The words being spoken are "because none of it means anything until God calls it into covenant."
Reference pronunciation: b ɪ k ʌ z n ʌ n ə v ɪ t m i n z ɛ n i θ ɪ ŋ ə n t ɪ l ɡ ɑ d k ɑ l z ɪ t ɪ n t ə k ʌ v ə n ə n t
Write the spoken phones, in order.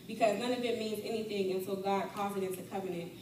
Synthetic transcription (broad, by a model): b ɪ k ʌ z n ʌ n ə v ɪ t m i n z ɛ n i θ ɪ ŋ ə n s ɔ ɡ ɑ d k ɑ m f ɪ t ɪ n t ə k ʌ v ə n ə n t